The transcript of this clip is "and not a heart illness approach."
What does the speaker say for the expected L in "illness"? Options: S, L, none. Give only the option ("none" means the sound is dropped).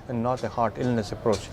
L